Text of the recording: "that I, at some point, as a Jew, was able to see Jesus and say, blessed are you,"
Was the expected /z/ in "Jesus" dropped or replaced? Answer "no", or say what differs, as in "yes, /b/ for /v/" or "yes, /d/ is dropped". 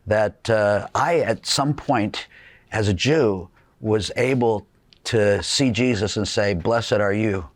no